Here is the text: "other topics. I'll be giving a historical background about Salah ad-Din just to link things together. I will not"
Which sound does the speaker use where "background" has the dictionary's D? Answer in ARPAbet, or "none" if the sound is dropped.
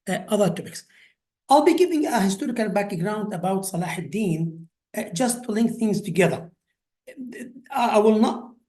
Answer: D